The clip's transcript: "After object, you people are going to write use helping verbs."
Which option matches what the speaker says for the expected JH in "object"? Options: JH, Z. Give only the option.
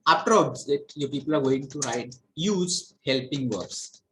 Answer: Z